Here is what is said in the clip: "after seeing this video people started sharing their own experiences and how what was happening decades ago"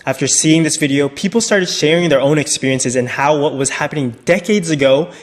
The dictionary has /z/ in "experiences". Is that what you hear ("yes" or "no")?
yes